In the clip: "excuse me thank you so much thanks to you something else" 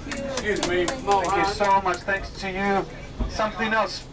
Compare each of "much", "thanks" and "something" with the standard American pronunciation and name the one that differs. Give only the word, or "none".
none